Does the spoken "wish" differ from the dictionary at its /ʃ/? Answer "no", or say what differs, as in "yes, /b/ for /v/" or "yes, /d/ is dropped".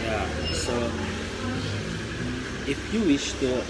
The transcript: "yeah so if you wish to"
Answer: no